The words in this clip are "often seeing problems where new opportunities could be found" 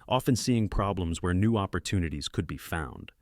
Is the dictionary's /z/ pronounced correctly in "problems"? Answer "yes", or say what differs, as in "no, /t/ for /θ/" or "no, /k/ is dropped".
yes